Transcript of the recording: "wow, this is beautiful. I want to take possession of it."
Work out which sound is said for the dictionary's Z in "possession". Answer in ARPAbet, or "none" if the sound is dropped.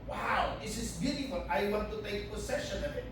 S